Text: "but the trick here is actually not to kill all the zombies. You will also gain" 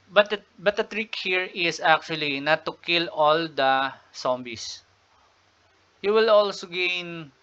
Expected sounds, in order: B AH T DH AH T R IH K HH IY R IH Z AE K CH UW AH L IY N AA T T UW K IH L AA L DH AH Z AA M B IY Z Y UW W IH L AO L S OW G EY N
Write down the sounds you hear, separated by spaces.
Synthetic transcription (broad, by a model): B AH T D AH T R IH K HH IY R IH S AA K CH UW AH L IY N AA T T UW K IH L AA L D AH S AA M B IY S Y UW W IH L AO L S OW G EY N